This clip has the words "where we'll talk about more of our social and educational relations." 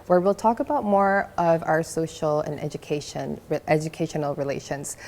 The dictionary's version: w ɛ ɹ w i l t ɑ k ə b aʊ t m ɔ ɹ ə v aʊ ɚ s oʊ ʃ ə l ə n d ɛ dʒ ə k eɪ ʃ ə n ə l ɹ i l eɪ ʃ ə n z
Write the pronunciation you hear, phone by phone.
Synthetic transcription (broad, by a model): w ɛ ɹ w i l t ɑ k ə b aʊ t m ɔ ɹ ə v aʊ ɚ s oʊ ʃ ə n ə n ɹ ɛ dʒ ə k eɪ ʃ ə n l ɹ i l eɪ ʃ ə n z